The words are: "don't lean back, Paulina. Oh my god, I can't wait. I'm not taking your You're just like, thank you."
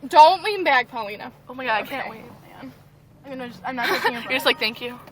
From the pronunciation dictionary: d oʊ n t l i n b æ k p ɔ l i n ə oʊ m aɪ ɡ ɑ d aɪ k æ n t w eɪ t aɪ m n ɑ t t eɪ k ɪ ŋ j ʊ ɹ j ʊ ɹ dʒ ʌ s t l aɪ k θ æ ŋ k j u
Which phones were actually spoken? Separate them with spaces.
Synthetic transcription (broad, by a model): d oʊ n t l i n b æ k p ɔ l i n ə oʊ m aɪ ɡ ɑ d aɪ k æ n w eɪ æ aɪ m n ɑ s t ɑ ɪ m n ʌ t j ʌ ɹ dʒ ʌ s t l aɪ k θ æ ŋ k j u